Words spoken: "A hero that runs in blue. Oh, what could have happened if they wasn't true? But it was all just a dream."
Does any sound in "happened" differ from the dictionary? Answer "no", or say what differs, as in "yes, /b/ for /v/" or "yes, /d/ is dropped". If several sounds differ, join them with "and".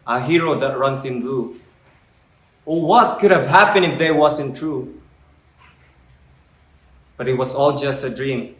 yes, /d/ is dropped